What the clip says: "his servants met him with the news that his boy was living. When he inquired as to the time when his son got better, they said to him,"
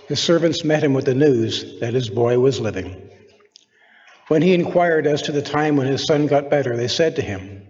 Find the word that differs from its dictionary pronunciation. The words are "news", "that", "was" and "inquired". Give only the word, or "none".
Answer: none